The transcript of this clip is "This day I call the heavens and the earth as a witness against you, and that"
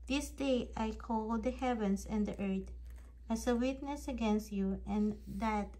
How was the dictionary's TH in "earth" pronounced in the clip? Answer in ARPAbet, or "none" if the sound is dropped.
T